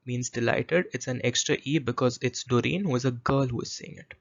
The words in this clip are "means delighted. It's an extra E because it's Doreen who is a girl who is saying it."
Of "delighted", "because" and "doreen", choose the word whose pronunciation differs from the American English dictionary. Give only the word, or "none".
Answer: none